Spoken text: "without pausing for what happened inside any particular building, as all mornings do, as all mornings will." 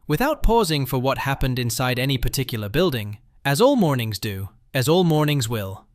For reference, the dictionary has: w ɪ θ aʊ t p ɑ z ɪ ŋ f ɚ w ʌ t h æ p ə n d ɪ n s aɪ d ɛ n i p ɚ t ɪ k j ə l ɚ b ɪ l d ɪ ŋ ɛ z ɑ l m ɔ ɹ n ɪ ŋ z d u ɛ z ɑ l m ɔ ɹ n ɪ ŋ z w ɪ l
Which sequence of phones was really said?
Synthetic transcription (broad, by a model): w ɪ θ aʊ t p ɑ z ɪ ŋ f ɚ w ʌ t h æ p ə n d ɪ n s aɪ d ɛ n i p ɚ t ɪ k j l ɚ b ɪ l d ɪ ŋ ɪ z ɑ l m ɔ ɹ n ɪ ŋ z d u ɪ z ɑ l m ɔ ɹ n ɪ ŋ z w ɪ l